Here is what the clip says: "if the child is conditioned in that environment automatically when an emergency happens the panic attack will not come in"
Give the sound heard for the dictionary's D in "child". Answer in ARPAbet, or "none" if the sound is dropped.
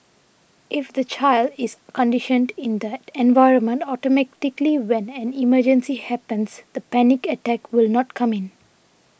D